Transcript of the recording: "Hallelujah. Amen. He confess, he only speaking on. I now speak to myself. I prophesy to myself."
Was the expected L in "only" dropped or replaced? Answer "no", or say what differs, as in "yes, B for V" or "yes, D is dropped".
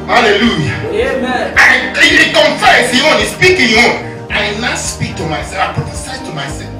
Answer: yes, L is dropped